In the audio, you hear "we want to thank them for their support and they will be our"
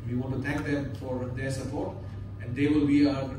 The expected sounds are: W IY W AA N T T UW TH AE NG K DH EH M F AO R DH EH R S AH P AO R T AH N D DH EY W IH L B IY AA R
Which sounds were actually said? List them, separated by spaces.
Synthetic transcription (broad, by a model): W IY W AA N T T UW T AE NG K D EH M F AO R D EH R S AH P AO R T AH N D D EY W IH L B IY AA